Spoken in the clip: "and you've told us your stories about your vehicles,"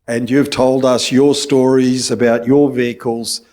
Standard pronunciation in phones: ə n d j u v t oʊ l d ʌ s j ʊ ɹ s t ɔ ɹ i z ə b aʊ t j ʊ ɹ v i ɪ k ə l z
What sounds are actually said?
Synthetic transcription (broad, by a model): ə n j u v t oʊ l d ʌ s j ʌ ɹ s t ɔ ɹ i z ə b aʊ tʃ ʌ ɹ v i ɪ k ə l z